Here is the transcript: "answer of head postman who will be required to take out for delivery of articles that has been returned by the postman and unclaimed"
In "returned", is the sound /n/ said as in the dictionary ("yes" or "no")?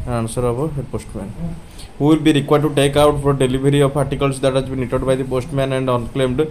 no